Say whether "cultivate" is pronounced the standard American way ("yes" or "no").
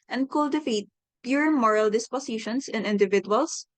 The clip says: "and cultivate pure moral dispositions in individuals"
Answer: no